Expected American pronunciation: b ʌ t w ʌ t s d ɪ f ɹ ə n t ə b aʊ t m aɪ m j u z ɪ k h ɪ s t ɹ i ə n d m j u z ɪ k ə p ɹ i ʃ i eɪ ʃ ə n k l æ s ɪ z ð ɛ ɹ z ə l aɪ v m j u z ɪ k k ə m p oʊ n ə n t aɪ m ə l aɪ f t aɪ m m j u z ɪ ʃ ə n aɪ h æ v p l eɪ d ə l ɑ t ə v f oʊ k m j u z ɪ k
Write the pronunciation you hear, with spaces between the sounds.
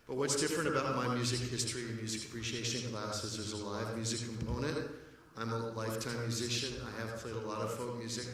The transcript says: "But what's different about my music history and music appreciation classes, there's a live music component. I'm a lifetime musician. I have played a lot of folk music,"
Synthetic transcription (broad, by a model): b ʌ t w ʌ t s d ɪ f ɹ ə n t ə b aʊ t m aɪ m j u z ɪ k h ɪ s t ɹ i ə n m j u z ɪ k ə p ɹ i ʃ i eɪ ʃ ə n k l æ s ɪ z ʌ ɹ z ə l aɪ v m j u z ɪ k k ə m p oʊ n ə n t aɪ m ə l aɪ f t aɪ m m j u z ɪ ʃ ə n aɪ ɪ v p l eɪ d ə l ɑ t ə v f oʊ k m j u z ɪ k